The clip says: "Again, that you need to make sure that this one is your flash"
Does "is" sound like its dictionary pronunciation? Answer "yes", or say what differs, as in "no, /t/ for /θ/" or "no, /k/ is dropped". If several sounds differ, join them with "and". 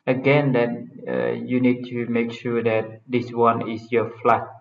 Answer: no, /s/ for /z/